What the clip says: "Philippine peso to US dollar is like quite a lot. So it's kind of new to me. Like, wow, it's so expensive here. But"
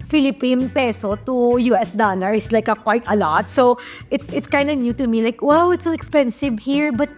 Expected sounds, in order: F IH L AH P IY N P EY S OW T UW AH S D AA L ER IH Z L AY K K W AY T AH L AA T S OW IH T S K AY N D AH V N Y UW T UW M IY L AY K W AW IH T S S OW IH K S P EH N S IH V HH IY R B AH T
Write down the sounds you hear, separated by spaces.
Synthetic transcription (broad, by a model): F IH L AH P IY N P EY S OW T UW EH S D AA N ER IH S L AY K K W AY T AH L AA T S OW IH T S K AY N D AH N Y UW T UW M IY L AY K W AW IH T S S OW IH K S P EH N S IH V HH IY R B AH T